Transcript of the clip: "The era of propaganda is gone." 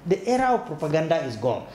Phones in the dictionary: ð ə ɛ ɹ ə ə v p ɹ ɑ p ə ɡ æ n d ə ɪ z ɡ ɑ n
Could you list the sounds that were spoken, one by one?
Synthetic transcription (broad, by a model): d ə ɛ ɹ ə w p ɹ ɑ p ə ɡ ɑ n d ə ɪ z ɡ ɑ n